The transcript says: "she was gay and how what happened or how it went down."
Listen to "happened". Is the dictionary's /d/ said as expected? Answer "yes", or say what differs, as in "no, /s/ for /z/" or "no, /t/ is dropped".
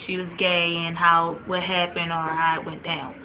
no, /d/ is dropped